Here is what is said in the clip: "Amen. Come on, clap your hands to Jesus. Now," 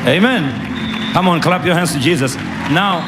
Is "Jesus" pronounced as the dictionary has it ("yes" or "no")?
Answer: yes